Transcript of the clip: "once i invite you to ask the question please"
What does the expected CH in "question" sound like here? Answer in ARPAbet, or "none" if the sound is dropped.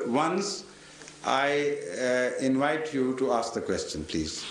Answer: CH